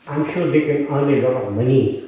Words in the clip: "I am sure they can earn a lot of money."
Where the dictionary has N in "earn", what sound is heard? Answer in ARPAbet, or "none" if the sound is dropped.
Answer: L